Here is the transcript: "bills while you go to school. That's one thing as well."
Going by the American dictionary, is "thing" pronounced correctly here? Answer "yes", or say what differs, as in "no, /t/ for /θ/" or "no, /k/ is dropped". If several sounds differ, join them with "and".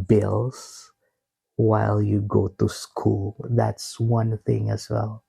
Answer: yes